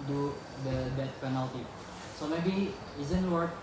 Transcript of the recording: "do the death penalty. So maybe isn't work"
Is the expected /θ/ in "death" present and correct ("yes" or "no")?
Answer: no